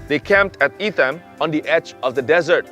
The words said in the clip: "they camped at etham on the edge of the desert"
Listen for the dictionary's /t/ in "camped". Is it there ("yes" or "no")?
yes